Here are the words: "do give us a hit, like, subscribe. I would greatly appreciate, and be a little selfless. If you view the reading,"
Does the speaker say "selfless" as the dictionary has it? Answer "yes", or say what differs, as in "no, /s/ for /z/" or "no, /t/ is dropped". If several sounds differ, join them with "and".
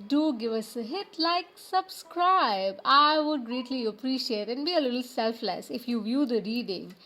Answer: yes